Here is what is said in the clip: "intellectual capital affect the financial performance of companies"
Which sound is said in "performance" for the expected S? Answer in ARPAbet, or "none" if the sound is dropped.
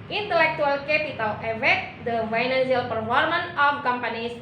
none